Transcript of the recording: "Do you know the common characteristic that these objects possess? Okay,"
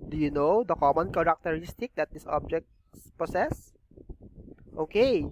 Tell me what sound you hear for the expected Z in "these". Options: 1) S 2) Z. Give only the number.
1